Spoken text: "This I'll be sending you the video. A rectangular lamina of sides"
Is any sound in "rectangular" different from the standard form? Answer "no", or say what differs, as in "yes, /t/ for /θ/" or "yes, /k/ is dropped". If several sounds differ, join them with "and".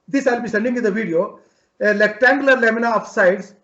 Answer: yes, /l/ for /ɹ/